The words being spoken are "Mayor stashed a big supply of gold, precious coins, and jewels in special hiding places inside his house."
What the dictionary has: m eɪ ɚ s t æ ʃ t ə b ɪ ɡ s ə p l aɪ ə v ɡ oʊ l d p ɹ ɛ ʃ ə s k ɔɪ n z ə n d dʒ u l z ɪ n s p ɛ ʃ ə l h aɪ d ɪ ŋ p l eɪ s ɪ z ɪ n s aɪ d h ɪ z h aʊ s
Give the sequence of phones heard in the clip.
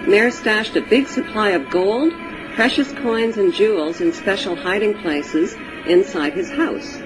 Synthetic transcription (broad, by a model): m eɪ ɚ s t æ ʃ t ə b ɪ ɡ s ə p l aɪ ə v ɡ oʊ l d p ɹ ɛ ʃ ə s k ɔɪ n z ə n dʒ u l z ɪ n s p ɛ ʃ l h aɪ d ɪ ŋ p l eɪ s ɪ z ɪ n s aɪ d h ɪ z h aʊ s